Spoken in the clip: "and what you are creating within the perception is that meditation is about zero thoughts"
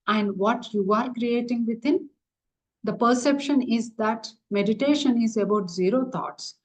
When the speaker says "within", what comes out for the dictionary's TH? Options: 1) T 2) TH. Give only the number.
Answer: 1